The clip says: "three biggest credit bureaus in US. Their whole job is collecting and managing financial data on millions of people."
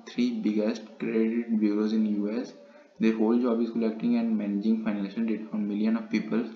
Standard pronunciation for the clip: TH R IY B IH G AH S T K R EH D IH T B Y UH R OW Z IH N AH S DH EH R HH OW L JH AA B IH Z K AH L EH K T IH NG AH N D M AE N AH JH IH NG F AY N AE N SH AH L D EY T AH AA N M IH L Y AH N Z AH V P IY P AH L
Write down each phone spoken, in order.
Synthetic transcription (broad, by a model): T R IY B IH G AH S T K R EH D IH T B Y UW R OW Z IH N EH S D EH R HH OW L JH AA B IH Z K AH L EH K T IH NG AH N D M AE N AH JH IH NG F AY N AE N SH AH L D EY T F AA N M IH L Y AH N AH V P IY P AH L